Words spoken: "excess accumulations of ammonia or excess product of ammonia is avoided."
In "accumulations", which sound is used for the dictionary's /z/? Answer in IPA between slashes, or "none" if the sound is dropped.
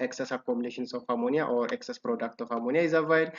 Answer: /s/